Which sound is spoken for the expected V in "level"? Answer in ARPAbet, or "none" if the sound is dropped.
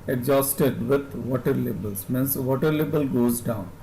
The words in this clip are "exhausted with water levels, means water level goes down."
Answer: B